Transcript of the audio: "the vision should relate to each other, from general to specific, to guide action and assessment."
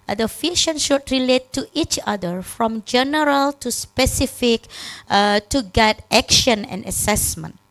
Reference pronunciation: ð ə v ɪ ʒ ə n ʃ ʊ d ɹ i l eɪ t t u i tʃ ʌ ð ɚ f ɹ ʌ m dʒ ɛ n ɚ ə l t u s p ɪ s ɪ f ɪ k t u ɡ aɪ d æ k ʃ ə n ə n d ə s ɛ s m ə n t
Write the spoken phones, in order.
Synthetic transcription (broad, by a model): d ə f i ʃ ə n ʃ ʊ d ɹ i l eɪ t t u i tʃ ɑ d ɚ f ɹ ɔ m dʒ ɛ n ɚ ə l t u s p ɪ s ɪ f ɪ k t u ɡ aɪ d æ k ʃ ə n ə n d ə s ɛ s m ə n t